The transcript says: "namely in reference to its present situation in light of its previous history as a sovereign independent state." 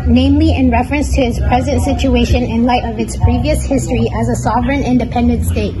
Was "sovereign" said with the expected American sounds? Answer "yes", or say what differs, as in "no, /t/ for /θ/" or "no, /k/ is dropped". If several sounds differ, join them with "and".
yes